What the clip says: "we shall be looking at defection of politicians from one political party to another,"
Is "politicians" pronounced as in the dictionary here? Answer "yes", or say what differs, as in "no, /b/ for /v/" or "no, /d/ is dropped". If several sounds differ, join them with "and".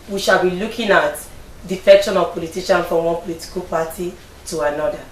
no, /z/ is dropped